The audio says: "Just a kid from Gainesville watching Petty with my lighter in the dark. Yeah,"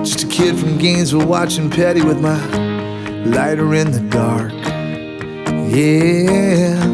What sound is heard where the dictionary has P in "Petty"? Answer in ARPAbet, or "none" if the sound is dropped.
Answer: P